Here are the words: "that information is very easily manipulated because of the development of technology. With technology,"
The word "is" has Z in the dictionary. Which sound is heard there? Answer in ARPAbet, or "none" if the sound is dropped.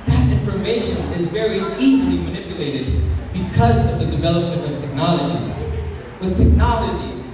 Z